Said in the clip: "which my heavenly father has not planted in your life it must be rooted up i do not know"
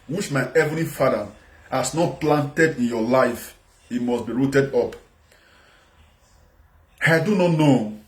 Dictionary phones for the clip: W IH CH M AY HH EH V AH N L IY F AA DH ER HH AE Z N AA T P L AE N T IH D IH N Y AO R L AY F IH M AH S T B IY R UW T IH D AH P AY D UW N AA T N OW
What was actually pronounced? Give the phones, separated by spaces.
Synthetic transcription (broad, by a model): W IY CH M AY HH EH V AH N IY F AA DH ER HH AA S N AA T P L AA N T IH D IH N Y AO L AY F IH M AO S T B IY R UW T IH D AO P AY D UW N AA T N OW